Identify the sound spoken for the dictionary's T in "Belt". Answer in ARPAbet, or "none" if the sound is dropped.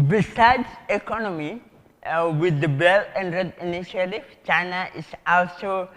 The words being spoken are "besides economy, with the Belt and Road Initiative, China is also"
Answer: none